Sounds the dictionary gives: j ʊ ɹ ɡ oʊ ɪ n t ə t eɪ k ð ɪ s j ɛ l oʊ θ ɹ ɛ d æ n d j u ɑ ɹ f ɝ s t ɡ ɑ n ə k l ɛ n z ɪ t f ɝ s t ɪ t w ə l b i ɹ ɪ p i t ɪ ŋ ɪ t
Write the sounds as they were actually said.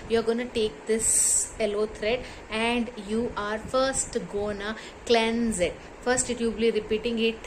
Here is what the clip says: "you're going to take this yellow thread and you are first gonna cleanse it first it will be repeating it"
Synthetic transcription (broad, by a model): j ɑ ɹ ɡ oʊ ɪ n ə t eɪ k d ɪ s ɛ l oʊ t ɹ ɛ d æ n d j u ɑ ɹ f ɝ s t ɡ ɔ n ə k l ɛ n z ɪ t f ɝ s t ɪ t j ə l b i ɹ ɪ p i t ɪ ŋ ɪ t